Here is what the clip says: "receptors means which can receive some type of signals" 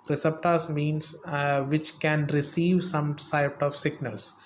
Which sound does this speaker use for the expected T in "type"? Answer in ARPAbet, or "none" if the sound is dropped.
S